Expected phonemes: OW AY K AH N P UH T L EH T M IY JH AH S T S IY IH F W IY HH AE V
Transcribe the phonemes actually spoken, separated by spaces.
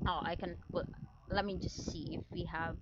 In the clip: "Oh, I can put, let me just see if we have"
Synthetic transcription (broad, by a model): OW AY K AH N B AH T L EH T M IY JH AH S T S IY IH F W IY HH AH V